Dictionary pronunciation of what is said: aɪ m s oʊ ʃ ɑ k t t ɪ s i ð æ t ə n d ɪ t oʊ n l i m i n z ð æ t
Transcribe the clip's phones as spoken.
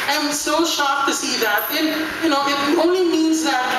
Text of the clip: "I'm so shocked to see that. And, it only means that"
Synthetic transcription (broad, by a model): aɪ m s oʊ ʃ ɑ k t t ɪ s i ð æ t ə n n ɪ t oʊ n l i m i n z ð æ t